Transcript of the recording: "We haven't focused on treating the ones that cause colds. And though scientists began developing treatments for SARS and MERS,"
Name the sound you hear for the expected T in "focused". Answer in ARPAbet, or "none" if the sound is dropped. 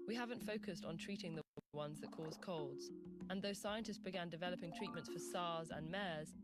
T